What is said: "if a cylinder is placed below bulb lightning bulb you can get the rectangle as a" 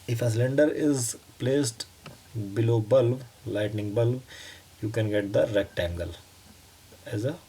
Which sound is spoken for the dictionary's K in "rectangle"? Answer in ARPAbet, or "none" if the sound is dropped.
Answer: K